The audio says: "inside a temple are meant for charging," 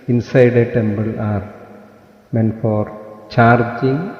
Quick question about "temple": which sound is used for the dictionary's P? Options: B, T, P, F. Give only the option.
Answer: B